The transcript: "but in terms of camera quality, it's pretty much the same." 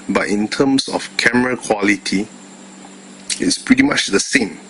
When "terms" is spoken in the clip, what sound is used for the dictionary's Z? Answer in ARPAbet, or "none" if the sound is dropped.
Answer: S